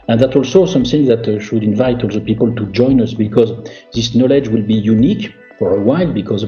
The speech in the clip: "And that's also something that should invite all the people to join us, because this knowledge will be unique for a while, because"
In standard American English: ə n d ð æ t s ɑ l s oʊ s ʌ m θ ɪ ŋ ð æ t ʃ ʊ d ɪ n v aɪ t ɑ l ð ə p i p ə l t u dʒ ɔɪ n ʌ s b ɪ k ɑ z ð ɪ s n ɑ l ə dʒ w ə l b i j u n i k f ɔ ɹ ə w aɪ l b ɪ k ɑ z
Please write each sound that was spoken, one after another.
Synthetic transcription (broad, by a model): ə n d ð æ t ɑ l s oʊ s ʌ m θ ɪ ŋ ð æ t ʃ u d ɪ n v aɪ t ɑ l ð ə p i p ə l t u dʒ ɔɪ n ʌ s b ɪ k ɑ z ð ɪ s n ɑ l ə dʒ w ə l b i j u n i k f ɔ ɹ ə w aɪ l b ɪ k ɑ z